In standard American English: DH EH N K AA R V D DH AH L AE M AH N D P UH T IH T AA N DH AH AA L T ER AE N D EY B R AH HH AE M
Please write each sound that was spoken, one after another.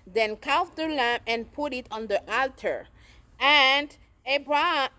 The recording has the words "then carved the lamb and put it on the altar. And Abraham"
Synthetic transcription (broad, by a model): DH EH N K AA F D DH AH L AE M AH N P UH T IH T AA N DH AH AA L T ER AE N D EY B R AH